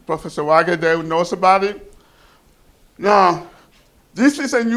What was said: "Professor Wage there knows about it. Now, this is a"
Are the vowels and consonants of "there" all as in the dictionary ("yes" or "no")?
no